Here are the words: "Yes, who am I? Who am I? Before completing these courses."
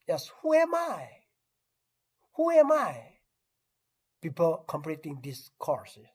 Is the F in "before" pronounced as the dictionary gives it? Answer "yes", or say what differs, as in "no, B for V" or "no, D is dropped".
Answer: no, P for F